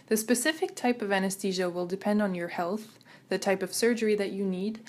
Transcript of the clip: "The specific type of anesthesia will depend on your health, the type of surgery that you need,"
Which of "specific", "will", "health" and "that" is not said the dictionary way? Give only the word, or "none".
none